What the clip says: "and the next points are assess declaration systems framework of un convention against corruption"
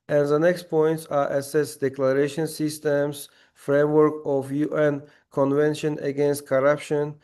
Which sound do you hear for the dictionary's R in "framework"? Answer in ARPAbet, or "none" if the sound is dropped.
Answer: R